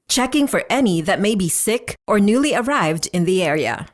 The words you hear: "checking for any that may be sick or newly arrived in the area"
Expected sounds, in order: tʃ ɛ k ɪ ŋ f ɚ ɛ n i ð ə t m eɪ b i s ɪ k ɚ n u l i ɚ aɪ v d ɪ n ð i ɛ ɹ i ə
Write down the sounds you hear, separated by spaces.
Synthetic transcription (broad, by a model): tʃ ɛ k ɪ ŋ f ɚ ɛ n i ð ə t m eɪ b i s ɪ k ɚ n u l i ɚ aɪ v d ɪ n ð i ɛ ɹ i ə